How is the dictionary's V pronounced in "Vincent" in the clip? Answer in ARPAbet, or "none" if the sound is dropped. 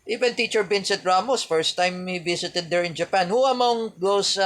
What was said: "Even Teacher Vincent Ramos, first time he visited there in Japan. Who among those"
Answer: B